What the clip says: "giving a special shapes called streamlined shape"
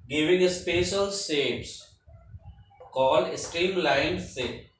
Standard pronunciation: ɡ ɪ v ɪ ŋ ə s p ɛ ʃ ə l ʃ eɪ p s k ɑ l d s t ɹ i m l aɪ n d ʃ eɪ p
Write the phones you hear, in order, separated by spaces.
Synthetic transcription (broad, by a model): ɡ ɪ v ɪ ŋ ə s p ɛ ʃ ə l s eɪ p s k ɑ l d s t ɹ i m l aɪ n d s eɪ